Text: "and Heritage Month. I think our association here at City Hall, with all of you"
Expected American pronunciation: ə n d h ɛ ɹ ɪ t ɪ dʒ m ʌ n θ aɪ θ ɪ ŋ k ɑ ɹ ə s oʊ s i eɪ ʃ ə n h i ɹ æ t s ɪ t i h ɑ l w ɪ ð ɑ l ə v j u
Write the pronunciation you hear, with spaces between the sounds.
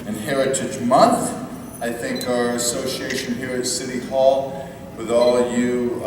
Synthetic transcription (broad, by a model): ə n h ɛ ɹ ɪ t ɪ dʒ m ʌ n θ aɪ θ ɪ ŋ k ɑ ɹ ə s oʊ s i eɪ ʃ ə n h i ɹ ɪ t s ɪ t i h ɑ l w ɪ ð ɑ l ə v j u